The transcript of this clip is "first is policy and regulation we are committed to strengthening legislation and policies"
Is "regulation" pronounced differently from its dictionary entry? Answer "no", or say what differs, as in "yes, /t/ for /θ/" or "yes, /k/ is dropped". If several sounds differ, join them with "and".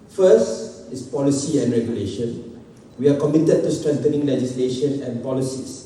no